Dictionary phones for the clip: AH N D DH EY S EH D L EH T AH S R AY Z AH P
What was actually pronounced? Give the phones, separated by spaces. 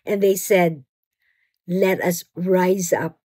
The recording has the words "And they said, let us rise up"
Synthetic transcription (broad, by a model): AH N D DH EY S EH D L EH T AH S R AY Z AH P